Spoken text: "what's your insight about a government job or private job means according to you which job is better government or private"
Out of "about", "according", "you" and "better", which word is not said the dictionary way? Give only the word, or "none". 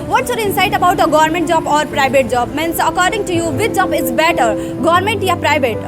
none